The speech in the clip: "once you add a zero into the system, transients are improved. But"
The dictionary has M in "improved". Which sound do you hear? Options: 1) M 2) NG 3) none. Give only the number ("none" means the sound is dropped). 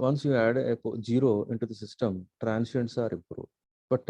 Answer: 3